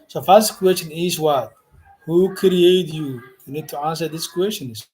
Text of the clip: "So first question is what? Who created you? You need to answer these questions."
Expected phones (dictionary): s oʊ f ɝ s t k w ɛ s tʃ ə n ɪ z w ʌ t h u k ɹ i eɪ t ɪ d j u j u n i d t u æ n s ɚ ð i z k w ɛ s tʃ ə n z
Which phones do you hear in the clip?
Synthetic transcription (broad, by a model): s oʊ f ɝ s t k w ɛ s tʃ ə n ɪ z w ʌ t h u k ɹ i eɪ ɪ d j u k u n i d t u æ n s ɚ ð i s k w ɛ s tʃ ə n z